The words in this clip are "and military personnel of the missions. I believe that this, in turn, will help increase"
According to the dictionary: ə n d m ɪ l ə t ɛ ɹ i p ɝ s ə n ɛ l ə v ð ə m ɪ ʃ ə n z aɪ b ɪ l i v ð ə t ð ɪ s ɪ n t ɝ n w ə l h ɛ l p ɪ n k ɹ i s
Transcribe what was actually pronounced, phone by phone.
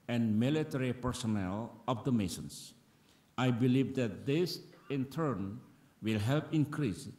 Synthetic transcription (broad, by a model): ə n m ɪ l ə t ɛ ɹ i p ɝ s ə n ɛ l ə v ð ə m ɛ s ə n s aɪ b ɪ l i v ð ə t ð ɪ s ɪ n t ɝ n w ə l h ɛ l p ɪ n k ɹ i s